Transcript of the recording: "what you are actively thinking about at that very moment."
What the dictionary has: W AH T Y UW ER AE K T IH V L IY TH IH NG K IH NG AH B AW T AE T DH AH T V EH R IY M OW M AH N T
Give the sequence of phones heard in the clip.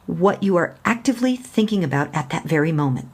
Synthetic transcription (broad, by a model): W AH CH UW ER AE K T IH V L IY TH IH NG K IH NG AH B AW T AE T DH AH T V EH R IY M OW M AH N T